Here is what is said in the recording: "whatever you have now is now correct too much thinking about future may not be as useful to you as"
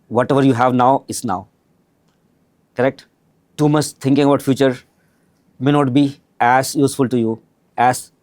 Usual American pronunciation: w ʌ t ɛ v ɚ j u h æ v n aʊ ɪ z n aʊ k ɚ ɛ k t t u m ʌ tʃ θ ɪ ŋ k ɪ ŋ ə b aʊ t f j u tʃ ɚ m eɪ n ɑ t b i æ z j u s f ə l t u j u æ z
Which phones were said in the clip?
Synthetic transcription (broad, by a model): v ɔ t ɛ v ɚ j u h æ v n aʊ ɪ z n aʊ k ɚ ɛ k t t u m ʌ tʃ t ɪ ŋ k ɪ ŋ ə b aʊ t f j u tʃ ɚ m eɪ n ɑ t b i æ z j u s f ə l t u j u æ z